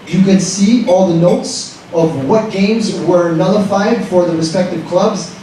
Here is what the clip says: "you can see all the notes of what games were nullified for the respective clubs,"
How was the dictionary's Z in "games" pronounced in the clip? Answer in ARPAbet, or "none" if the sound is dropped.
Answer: Z